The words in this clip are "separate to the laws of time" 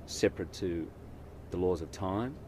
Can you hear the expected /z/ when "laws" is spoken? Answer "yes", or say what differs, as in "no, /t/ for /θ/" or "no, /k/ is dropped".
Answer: yes